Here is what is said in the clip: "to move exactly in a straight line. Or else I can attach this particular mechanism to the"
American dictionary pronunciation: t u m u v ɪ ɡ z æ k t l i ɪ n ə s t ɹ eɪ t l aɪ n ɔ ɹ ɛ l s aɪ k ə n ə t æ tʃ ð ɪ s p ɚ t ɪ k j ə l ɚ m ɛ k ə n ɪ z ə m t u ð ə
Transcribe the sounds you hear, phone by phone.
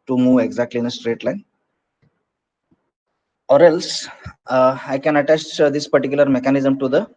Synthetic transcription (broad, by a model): t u m u v ɪ ɡ z æ k t l i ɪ n ə s t ɹ eɪ t l aɪ n ɔ ɹ ɛ l s aɪ k ə n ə t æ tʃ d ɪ s p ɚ t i k j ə l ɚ m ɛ k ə n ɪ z ə m t u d ə